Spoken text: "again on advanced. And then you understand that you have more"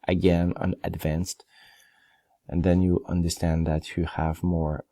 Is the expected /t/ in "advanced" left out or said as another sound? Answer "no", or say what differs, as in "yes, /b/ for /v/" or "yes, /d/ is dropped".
no